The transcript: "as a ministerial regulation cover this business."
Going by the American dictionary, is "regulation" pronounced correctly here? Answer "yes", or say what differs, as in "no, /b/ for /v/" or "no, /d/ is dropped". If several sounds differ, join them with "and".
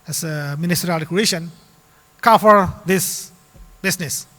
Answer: no, /l/ is dropped